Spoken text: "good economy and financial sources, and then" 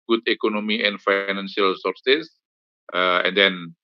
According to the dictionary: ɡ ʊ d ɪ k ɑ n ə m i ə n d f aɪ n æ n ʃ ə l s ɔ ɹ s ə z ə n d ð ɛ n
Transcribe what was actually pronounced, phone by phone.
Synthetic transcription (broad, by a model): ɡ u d ɪ k ɑ n ə m i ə n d f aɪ n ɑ n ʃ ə l s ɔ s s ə ə n d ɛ n